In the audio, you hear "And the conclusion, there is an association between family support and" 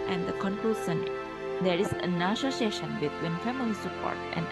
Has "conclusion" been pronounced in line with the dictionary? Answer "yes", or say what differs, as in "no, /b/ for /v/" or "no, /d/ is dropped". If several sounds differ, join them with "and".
no, /s/ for /ʒ/